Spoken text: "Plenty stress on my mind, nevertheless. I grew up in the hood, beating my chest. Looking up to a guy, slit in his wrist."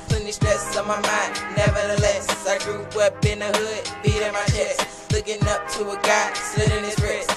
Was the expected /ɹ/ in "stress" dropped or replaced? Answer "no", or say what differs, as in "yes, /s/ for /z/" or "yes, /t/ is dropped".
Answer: yes, /ɹ/ is dropped